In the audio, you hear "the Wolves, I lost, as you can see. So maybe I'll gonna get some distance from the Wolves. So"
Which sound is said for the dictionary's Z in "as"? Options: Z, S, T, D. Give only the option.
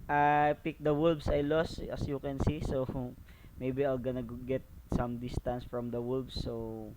S